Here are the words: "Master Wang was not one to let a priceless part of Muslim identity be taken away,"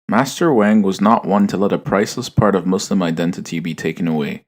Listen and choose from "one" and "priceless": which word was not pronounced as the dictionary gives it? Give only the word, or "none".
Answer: none